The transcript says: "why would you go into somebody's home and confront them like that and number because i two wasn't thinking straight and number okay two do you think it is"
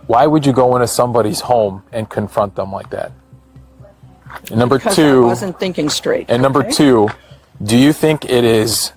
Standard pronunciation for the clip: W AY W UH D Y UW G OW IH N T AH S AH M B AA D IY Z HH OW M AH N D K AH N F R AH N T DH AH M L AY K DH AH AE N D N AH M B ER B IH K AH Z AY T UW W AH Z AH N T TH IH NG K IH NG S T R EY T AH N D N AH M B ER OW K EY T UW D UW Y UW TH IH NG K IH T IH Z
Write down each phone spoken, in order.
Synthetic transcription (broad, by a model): W AY W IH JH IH G OW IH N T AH S AH M B AA D IY Z HH OW M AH N K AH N F R AH N T DH AH M L AY K DH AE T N AH M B B AH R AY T UW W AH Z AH N TH IH NG K IH NG S T R EY T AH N N AH M B ER T UW D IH Y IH TH IH NG K IH T IH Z